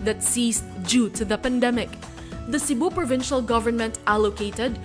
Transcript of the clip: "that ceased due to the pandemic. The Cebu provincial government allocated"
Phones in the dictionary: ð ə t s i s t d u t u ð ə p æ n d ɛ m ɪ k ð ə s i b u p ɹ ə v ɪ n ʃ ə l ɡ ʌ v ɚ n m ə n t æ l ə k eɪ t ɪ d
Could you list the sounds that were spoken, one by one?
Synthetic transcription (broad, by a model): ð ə t s i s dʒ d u t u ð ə p æ n d ɛ m ɪ k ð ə s i b u p ɹ ə v ɪ n ʃ ə l ɡ ʌ v ɚ n m ə n t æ l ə k eɪ t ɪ d